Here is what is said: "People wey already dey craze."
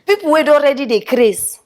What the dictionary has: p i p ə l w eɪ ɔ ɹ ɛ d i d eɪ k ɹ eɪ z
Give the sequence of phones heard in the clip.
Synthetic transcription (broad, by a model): p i p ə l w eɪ ɔ ɹ ɛ d i d eɪ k ɹ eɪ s